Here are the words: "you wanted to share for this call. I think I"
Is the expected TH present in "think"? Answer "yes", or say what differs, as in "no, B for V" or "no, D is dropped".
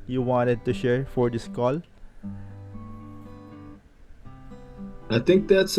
no, T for TH